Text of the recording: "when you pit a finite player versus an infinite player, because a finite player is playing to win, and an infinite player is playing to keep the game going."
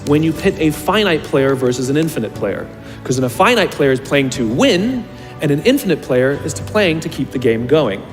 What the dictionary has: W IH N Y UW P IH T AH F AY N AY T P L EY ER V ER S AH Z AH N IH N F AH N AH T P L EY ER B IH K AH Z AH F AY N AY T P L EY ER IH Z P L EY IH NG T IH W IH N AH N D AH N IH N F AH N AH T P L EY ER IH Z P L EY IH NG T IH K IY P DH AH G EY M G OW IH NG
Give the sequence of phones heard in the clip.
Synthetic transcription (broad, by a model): W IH N Y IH P IH T AH F AY N AY T P L EY ER V ER S AH Z AH N IH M F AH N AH T P L EY ER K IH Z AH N AH F AY N AY T P L EY ER IH Z P L EY IH NG T IH W IH N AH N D AH N IH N F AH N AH T P L EY ER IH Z P L EY IH NG T IH K IY P DH AH G EY M G OW IH NG